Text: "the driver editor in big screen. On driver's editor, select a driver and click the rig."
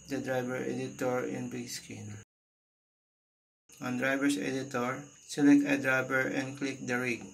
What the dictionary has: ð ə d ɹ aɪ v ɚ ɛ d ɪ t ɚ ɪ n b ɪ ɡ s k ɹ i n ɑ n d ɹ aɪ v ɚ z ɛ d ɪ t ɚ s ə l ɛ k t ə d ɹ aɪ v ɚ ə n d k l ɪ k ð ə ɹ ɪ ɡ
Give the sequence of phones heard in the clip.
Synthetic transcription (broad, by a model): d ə d ɹ aɪ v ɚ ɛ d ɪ t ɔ ɪ n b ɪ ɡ s k i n ɑ n d ɹ aɪ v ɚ s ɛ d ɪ t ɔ s ə l ɛ k t ə d ɹ aɪ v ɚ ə n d k l ɪ k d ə ɹ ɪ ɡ